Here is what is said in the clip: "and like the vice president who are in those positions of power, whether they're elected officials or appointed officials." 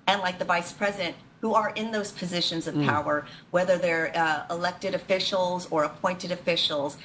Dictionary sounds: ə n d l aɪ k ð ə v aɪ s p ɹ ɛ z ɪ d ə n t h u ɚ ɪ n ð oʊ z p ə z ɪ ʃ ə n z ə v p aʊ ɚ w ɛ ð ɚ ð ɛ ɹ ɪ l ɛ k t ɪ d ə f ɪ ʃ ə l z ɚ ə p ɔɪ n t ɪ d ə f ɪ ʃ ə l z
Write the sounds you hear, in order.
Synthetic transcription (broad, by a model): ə n l aɪ k ð ə v aɪ s p ɹ ɛ z ɪ d ə n t h u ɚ ɪ n ð oʊ z p ə z ɪ ʃ ə n z ə v p aʊ ɚ w ɛ ð ɚ ð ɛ ɹ ɪ l ɛ k t ɪ d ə f ɪ ʃ l z ɚ ə p ɔɪ n t ɪ d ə f ɪ ʃ l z